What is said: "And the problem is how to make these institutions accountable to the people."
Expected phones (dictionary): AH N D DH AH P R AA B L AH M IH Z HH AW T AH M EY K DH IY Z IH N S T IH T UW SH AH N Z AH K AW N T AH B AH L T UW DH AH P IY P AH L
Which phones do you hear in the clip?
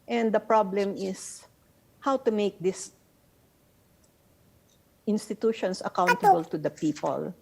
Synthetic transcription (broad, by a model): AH N D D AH P R AA B L AH M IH S HH AW T AH M EY K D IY S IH N S T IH T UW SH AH N S AH K AW N T AH B AH L T UW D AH P IY P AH L